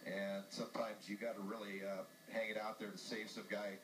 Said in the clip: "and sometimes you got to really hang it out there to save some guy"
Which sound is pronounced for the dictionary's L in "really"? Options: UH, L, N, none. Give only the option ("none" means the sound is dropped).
none